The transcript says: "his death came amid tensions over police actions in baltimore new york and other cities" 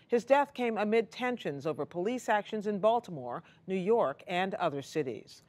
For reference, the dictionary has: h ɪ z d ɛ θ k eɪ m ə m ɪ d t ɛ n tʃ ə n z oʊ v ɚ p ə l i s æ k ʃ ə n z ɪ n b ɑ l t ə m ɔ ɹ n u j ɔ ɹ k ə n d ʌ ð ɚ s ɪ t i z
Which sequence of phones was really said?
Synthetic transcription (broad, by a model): h ɪ z d ɛ θ k eɪ m ə m ɪ d t ɛ n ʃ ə n z oʊ v ɚ p ə l i s æ k ʃ ə n z ɪ n b ɑ l t ə m ɔ ɹ n u j ɔ ɹ k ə n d ʌ ð ɚ s ɪ t i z